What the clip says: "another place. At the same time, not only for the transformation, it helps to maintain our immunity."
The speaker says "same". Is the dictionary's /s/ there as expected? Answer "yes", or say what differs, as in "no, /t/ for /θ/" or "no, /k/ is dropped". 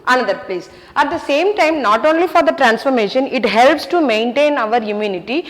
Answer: yes